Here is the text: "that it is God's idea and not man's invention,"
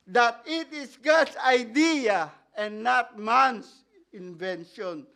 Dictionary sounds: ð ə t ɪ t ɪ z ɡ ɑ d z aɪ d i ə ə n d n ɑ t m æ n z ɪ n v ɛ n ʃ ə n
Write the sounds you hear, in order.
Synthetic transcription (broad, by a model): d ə t ɪ t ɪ s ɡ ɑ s aɪ d i ə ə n n ɑ t m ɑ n s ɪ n v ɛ n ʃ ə n